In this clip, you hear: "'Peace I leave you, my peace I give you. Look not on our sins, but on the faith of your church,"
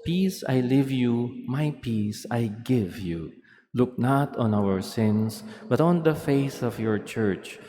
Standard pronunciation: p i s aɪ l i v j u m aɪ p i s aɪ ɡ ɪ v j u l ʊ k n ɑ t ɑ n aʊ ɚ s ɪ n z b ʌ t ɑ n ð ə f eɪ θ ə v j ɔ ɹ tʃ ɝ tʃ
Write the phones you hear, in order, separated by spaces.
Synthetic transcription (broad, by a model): p i s aɪ l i v j u m aɪ p i s aɪ ɡ ɪ v j u l ʊ k n ɑ t ɑ n aʊ ɚ s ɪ n s b ʌ t ɑ n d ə f eɪ s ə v j ɔ ɹ tʃ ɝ tʃ